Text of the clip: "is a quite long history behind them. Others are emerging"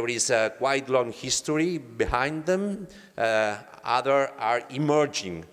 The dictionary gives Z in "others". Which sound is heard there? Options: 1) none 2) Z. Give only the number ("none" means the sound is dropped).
1